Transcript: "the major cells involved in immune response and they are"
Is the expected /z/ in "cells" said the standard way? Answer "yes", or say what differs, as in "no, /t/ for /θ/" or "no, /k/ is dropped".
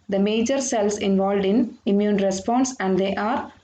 no, /s/ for /z/